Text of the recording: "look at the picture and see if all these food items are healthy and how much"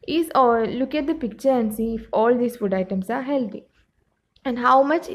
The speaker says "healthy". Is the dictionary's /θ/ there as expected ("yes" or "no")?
no